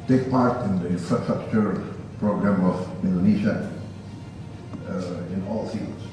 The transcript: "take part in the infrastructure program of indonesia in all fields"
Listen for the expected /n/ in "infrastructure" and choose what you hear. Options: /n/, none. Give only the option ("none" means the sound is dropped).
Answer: none